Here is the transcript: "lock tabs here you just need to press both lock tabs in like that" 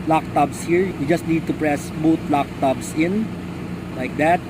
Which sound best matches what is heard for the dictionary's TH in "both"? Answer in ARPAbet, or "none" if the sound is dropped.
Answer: T